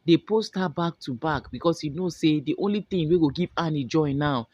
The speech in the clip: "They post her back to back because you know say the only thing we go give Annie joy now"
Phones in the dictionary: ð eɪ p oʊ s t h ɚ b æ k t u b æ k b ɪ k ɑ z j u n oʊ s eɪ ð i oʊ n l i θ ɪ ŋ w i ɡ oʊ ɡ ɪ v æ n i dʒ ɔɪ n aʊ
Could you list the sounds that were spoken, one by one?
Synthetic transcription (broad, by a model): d eɪ p oʊ s t h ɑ b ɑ k t u b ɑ k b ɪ k ɑ s j u n oʊ s eɪ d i oʊ n l i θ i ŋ w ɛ ɡ oʊ ɡ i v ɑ n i dʒ ɔɪ n aʊ